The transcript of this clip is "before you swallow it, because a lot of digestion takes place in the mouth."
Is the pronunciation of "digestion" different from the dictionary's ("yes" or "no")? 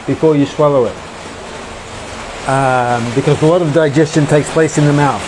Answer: no